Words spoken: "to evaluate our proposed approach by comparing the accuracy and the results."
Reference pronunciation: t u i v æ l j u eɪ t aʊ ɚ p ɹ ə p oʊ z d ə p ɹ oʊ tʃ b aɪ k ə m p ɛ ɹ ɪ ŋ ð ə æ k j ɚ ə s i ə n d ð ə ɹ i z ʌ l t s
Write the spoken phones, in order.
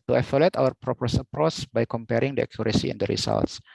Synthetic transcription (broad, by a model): t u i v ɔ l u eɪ t aʊ ɚ p ɹ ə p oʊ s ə p ɹ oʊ s b aɪ k ə m p ɛ ɹ ɪ ŋ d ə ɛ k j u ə s i ə n d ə ɹ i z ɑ l t s